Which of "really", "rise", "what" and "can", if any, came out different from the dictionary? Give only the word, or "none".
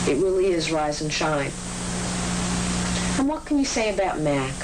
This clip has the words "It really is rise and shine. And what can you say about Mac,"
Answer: none